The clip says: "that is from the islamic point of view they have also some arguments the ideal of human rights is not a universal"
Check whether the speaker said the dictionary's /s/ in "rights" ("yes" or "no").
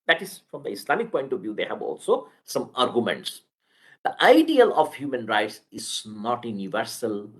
yes